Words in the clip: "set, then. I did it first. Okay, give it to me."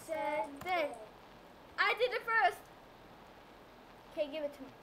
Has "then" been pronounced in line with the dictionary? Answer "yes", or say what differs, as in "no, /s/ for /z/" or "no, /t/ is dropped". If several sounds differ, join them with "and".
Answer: no, /n/ is dropped